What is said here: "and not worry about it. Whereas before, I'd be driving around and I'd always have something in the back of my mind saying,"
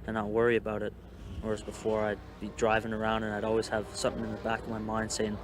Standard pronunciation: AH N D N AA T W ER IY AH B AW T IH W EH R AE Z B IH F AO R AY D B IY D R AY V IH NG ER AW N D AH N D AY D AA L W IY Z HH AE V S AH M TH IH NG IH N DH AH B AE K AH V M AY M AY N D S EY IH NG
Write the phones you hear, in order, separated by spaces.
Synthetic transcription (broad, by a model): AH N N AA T W ER IY AH B AW T IH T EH R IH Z B IH F AO R AY D B IY D R AY V IH NG ER AW N D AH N AY D AA L W IY Z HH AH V S AH M TH IH NG IH N DH AH B AE K AH V M AY M AY N D S EY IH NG